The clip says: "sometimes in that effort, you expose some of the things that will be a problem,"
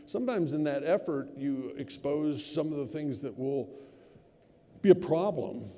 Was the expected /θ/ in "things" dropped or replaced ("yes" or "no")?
no